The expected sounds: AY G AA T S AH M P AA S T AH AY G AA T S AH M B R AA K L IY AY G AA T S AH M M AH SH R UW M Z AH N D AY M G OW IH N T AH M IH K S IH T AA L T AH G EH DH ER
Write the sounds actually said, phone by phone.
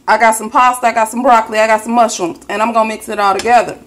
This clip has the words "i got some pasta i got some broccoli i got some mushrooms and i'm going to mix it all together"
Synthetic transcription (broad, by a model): AY G AA T S AH M P AA S T AH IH G AA T S AH M B R AA K L IY AY G AA T S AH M M AH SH UW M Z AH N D AY M G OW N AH M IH K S IH T AA L T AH G EH DH ER